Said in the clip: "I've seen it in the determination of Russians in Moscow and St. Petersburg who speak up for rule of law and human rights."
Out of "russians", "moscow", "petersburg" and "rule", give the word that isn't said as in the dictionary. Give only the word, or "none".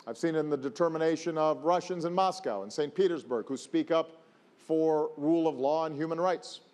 none